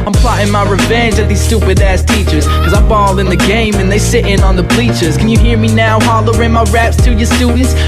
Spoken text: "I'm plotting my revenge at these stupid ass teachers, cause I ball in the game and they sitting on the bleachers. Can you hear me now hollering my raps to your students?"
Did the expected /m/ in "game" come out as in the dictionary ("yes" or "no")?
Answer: yes